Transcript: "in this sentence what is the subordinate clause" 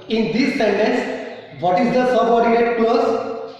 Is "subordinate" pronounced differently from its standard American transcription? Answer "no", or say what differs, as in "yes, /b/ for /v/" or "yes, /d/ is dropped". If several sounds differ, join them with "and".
yes, /n/ is dropped